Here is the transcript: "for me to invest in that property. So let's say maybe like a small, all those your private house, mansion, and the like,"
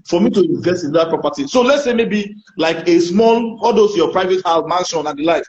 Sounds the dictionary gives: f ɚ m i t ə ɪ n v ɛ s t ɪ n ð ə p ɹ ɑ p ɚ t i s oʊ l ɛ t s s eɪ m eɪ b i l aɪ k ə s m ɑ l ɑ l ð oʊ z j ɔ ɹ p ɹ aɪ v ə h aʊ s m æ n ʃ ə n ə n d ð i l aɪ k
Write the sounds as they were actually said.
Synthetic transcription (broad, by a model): f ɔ m i t ə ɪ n v ɛ s t ɪ n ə p ɹ ɑ p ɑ t i s oʊ l ɛ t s s eɪ m eɪ b i l aɪ k ə s m ɑ l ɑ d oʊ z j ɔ p ɹ aɪ v ə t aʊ m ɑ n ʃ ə n ə n d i l aɪ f